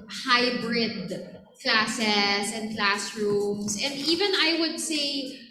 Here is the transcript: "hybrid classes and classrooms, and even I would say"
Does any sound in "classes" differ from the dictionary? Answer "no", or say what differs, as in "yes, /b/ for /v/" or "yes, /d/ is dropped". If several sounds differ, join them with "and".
yes, /s/ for /z/